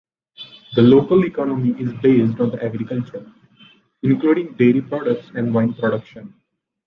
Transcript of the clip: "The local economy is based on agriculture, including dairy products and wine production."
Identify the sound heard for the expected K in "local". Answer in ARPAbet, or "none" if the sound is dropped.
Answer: K